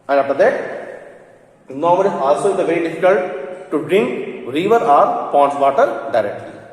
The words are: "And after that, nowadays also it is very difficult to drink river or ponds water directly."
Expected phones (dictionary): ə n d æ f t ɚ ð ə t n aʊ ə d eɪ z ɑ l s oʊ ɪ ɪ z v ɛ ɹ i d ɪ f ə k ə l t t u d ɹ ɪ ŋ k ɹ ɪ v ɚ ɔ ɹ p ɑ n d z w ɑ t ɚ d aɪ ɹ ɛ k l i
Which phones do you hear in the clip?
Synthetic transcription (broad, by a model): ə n d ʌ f t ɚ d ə t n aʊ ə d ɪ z ɑ l s oʊ ɪ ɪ v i d ɪ f ə k ə l t t u d ɹ ɪ ŋ k ɹ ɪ v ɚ ɔ ɹ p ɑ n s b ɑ t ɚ d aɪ ɹ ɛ k l i